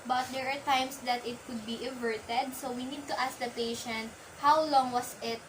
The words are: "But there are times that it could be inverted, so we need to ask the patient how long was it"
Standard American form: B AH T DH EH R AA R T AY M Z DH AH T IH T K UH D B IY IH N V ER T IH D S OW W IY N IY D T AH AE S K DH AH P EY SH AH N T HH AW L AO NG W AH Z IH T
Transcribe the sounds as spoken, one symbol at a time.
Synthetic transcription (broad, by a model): B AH T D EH R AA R T AY M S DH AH T IH T K UH D B IY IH V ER T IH D S OW W IY N IY D T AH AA S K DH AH P EY SH AH N T HH AW L AO NG W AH S IH T